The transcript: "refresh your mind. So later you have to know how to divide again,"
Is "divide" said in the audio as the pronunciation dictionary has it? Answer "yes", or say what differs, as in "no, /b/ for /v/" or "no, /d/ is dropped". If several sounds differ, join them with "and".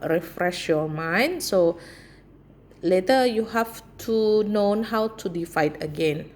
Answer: no, /f/ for /v/